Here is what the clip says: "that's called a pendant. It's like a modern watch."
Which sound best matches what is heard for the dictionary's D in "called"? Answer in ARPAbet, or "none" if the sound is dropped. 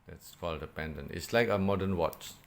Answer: D